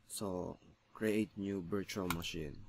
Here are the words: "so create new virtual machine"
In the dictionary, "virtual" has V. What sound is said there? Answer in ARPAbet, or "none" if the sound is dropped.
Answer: B